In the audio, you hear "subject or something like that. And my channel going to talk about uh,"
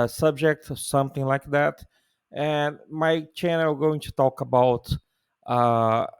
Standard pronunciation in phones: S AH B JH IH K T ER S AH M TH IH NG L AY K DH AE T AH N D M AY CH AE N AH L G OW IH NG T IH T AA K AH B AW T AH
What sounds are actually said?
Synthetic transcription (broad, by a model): S AH B JH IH K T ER S AH M TH IH NG L AY K DH AE T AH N M AY CH AE N AH L G OW IH NG T IH T AA K AH B AW T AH